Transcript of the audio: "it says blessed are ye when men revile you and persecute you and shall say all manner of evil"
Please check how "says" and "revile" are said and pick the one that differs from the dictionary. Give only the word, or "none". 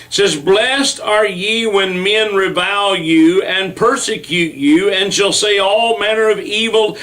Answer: none